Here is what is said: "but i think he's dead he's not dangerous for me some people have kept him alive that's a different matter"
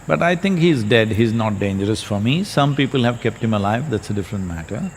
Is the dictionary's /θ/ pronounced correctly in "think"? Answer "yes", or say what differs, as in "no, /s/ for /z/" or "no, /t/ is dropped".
no, /t/ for /θ/